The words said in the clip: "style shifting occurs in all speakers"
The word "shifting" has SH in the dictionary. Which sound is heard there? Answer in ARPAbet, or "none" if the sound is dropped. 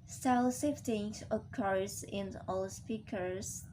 S